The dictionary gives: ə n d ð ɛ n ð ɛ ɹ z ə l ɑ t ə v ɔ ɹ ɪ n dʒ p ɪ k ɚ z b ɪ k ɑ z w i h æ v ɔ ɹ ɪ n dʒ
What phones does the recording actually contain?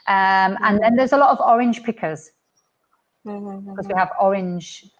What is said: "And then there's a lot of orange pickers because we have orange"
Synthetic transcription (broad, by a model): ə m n ð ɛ n ð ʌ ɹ z ə l ɑ t ə v ɔ ɹ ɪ n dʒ p ɪ k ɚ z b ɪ k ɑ z w i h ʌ v ɔ ɹ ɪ n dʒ